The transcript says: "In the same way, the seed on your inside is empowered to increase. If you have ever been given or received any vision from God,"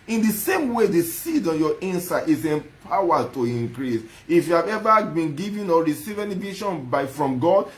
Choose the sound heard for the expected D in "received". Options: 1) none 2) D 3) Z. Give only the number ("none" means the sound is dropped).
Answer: 1